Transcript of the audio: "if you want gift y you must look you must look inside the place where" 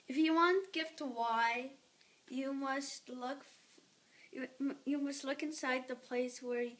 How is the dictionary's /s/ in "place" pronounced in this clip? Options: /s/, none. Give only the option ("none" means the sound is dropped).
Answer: /s/